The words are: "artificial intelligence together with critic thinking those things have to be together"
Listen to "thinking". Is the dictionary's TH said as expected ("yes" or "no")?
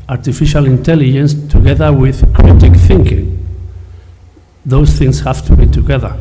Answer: yes